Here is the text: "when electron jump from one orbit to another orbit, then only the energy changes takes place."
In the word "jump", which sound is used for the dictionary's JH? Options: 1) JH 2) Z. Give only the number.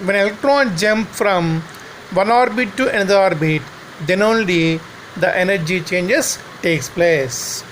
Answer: 1